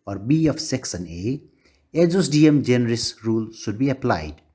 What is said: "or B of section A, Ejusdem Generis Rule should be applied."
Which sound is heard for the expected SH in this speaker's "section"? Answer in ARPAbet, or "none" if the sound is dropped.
S